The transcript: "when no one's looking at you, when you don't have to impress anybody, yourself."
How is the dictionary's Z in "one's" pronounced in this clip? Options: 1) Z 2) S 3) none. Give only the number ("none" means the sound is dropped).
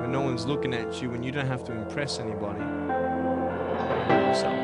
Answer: 1